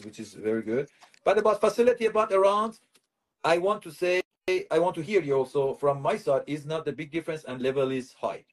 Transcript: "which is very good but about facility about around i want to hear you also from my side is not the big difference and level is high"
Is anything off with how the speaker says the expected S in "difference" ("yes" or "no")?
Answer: no